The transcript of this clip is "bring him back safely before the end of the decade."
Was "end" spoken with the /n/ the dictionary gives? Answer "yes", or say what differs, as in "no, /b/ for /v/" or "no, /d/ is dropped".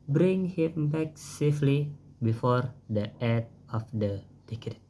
no, /n/ is dropped